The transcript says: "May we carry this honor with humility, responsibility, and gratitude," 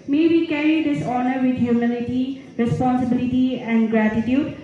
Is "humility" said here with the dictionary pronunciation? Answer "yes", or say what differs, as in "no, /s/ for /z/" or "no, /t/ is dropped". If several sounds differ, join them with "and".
no, /n/ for /l/